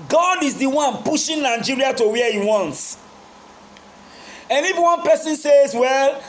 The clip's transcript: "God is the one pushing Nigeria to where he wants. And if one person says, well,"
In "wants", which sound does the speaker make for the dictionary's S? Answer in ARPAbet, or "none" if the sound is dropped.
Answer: S